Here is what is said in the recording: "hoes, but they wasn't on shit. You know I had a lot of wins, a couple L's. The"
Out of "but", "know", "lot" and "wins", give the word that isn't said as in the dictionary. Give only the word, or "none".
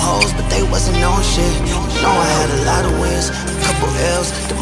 wins